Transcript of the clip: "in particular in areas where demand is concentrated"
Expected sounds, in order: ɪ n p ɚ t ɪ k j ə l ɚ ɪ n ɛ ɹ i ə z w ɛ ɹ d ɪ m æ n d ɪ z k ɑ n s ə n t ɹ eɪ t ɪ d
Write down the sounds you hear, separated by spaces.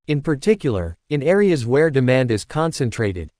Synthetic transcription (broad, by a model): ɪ n p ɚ t ɪ k j l ɚ ɪ n ɛ ɹ i ə z w ɛ ɹ d ɪ m æ n d ɪ z k ɑ n s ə n t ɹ eɪ t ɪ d